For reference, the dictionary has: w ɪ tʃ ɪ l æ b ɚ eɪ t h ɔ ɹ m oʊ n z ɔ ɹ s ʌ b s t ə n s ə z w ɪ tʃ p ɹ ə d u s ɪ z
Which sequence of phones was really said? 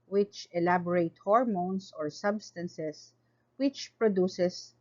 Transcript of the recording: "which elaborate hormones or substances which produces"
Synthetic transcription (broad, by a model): w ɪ tʃ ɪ l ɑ b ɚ eɪ t h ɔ ɹ m oʊ n s ɔ ɹ s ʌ b s t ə n s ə s w ɪ tʃ p ɹ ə d u s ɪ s